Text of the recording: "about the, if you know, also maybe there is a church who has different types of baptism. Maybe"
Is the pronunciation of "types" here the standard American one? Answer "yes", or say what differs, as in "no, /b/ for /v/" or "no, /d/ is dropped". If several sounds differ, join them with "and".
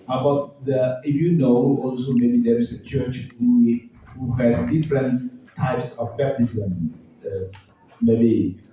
yes